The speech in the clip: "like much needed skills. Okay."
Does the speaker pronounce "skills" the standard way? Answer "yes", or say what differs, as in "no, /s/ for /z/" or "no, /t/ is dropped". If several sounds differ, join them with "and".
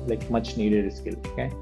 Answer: no, /z/ is dropped